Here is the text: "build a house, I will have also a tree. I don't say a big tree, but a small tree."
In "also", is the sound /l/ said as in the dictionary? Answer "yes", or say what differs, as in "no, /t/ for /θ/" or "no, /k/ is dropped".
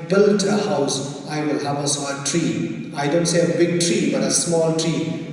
no, /l/ is dropped